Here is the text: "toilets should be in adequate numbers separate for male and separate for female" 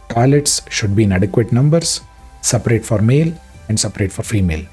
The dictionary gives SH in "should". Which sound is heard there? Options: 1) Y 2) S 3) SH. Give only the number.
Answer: 3